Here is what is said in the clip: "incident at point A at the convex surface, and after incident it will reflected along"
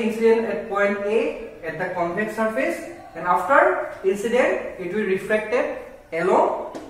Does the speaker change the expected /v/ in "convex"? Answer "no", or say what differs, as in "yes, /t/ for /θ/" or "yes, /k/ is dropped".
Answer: yes, /p/ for /v/